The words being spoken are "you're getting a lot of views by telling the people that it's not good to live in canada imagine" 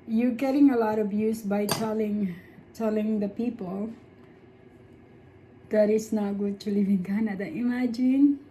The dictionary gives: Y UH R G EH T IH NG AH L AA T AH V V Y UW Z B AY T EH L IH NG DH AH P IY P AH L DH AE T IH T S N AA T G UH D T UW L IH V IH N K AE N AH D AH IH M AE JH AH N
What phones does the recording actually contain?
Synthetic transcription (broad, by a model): Y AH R G EH T IH NG AH L AA T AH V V Y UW S B AY T EH L IH NG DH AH P IY P AH L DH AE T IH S N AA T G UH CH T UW L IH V IH N K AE N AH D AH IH M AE JH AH N